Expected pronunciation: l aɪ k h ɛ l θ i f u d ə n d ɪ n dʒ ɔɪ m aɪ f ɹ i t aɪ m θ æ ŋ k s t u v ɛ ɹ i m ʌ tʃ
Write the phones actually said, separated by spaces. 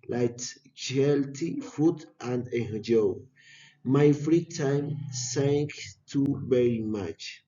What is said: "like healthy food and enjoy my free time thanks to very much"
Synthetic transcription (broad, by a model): l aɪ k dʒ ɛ l t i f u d ə n d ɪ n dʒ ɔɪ m aɪ f ɹ i t aɪ m s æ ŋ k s t u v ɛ ɹ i m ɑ tʃ